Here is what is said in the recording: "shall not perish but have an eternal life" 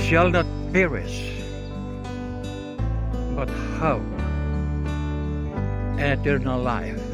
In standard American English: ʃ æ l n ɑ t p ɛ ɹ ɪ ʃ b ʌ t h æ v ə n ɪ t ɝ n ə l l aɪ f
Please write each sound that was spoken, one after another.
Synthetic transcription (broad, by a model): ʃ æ l n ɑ t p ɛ ɹ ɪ s b ʌ t h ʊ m ə n ɪ t ɝ n ə l l aɪ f